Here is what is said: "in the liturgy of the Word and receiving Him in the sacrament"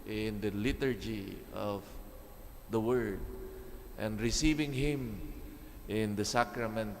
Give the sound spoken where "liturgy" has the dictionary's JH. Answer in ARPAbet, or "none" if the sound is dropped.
JH